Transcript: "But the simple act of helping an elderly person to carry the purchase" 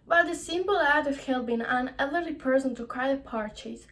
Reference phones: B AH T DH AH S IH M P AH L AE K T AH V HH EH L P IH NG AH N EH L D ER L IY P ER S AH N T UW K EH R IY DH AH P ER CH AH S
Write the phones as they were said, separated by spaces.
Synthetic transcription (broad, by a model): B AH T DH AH S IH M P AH L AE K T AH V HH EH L B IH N AH N EH L D ER L IY P ER S AH N T UW K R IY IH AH P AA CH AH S